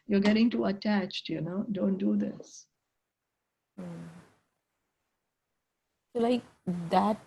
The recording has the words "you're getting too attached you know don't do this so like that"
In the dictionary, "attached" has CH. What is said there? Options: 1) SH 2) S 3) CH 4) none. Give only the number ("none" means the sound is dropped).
3